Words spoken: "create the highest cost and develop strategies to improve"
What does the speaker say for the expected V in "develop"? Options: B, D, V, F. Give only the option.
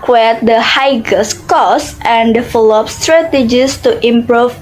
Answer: F